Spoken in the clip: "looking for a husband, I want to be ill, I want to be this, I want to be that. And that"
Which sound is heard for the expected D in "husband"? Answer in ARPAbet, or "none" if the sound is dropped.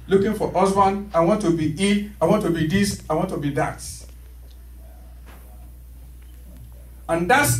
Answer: none